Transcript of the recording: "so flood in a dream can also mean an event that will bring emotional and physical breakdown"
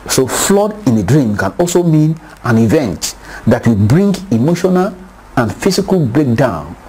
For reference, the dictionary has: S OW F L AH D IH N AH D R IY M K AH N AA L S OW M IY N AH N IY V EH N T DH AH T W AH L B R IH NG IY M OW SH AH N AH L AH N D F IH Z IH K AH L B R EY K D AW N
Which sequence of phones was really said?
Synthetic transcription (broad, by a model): S OW F L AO D IH N AH D R IY M K AH N AA L S OW M IY N AH N IY V EH N T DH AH T W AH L B R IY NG IY M OW SH AH N AH L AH N F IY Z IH K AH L B R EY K D AW N